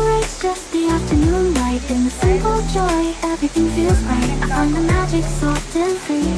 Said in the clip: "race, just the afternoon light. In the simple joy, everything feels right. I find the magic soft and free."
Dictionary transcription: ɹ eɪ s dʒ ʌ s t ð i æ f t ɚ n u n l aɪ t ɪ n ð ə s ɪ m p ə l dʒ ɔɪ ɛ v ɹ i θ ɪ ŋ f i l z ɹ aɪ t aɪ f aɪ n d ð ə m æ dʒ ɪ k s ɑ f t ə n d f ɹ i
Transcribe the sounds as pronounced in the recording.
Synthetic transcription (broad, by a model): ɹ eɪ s dʒ ʌ s t ð i æ f t ɚ n u n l aɪ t ɪ n ð ə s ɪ p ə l dʒ ɔɪ ɛ v ɹ i θ ɪ ŋ f i l z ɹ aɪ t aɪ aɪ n ð ə m æ dʒ ɪ k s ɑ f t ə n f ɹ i